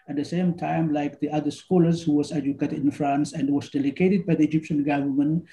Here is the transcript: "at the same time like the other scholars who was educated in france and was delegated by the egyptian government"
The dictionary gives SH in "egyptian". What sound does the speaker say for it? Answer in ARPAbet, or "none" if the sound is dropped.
SH